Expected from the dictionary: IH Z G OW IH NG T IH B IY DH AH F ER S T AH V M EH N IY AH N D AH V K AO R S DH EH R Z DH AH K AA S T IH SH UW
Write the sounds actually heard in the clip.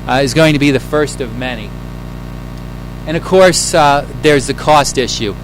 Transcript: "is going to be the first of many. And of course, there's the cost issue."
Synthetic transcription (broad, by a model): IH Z G OW IH NG T IH B IY DH AH F ER S T AH V M EH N IY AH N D AH V K AO R S DH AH R Z DH AH K AA S T IH SH UW